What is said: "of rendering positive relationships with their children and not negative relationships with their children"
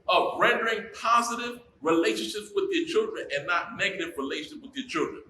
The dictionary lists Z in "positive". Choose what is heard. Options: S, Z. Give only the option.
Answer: Z